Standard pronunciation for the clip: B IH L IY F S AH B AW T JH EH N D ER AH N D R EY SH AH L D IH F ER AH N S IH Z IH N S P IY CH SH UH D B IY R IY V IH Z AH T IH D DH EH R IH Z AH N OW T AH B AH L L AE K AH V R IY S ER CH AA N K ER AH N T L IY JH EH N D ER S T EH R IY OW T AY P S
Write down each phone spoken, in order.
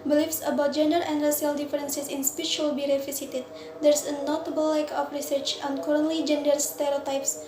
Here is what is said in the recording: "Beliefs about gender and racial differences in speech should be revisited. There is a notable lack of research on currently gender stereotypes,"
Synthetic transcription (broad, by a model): B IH L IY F S AH B AW T JH EH N D ER AH N D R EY S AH L D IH F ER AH N S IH S IH N S P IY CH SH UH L B IY R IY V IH S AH T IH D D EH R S AH N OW T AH B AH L L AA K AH F R IY S ER CH AA N K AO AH N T L IY JH EH N D ER S T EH R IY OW T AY P S